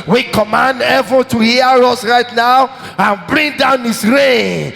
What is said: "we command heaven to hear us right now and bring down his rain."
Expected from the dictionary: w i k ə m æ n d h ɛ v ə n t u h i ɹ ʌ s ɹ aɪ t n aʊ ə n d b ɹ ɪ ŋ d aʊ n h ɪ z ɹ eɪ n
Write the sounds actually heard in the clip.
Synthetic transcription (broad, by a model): w i k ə m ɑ n d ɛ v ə l t u h i ɹ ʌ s ɹ aɪ t n aʊ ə n b ɹ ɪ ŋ d aʊ n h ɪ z ɹ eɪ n